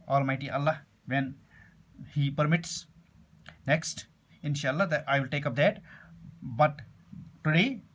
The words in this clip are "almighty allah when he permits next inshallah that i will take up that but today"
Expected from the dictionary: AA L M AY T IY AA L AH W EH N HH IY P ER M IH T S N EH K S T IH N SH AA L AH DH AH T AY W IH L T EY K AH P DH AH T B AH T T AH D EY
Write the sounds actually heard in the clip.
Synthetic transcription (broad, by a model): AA L M AY T IY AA L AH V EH N HH IY P ER M IH T S N EH K S T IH N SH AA AH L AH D AY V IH L T EY K AH P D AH T B AH T T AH D EY